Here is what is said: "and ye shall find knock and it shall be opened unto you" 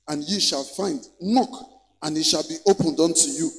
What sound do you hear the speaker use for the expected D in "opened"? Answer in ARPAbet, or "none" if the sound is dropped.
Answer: D